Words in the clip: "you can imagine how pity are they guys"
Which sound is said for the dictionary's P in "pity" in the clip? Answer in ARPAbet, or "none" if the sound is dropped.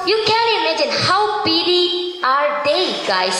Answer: B